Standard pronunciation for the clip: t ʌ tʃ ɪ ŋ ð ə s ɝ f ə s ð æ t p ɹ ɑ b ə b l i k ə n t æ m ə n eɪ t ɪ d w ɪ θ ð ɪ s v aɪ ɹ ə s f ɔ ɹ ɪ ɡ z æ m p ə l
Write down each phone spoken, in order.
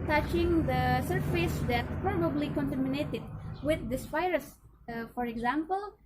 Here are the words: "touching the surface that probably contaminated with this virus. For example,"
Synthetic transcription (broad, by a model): t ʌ tʃ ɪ ŋ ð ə s ɝ f ə s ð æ t p ɹ ɑ b ə b l i k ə n t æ m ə n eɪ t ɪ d w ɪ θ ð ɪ s f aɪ ɹ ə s f ɔ ɹ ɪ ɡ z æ m p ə l